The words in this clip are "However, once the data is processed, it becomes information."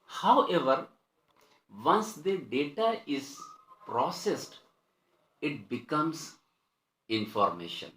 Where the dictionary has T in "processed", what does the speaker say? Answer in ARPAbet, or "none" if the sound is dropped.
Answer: T